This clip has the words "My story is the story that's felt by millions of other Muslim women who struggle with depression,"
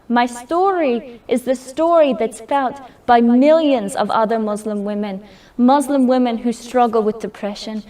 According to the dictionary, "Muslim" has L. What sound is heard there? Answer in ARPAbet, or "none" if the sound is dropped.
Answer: L